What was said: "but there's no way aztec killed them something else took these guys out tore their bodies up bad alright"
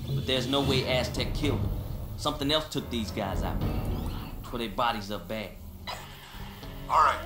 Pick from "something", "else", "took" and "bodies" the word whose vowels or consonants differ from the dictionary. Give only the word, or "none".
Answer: none